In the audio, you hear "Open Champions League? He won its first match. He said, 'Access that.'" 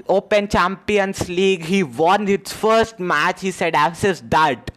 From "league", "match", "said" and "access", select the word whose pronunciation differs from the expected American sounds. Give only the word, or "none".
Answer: access